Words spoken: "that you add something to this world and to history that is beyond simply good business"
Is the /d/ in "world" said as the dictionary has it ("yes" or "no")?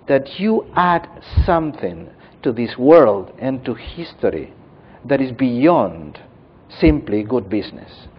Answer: yes